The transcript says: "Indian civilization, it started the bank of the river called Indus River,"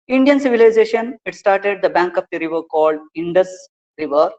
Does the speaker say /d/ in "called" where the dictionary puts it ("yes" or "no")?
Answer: yes